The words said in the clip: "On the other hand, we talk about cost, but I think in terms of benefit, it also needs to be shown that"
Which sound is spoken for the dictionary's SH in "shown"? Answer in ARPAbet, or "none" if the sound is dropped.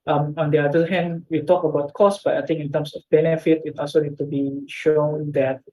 SH